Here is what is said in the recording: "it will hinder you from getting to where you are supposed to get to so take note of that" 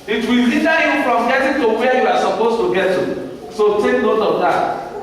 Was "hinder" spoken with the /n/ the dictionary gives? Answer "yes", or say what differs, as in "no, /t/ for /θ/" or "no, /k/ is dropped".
no, /n/ is dropped